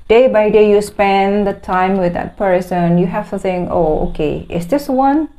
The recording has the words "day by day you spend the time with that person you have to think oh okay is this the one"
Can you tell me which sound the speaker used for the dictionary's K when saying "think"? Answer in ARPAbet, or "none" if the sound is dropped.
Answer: none